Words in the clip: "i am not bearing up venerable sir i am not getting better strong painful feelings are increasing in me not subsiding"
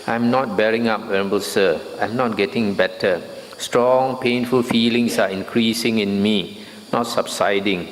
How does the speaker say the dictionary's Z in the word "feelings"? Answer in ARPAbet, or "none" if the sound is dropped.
S